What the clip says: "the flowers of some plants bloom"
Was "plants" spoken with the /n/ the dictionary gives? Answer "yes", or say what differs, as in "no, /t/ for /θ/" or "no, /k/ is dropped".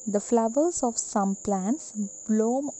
yes